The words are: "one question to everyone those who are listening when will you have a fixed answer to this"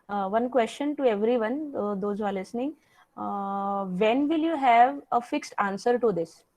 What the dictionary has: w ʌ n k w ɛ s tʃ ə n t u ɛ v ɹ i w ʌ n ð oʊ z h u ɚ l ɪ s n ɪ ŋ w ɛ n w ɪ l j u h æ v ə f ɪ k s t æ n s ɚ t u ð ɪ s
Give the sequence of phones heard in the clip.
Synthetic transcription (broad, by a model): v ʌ n k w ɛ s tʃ ə n t u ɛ v ɹ i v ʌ n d oʊ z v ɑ l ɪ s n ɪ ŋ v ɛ n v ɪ l j u h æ v ə f ɪ k s t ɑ n s ɚ t u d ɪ s